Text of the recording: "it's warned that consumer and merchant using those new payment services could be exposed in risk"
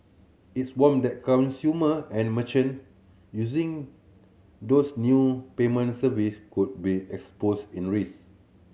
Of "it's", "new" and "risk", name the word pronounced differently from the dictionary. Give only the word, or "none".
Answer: risk